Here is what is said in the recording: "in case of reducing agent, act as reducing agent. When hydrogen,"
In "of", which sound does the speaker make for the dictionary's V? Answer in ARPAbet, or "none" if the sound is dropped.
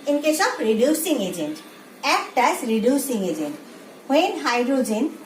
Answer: P